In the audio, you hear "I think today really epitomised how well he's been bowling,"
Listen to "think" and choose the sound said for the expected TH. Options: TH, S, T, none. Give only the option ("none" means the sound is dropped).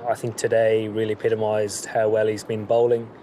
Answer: TH